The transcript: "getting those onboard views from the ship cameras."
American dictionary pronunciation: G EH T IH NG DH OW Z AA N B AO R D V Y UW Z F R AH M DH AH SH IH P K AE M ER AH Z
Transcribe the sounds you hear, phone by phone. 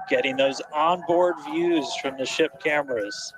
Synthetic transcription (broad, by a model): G EH T IH NG DH OW Z AA N B AO R D V Y UW Z F R AH M DH AH SH IH P K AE M ER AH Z